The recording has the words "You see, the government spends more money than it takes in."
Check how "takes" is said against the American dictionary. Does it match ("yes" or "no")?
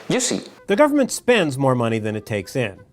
yes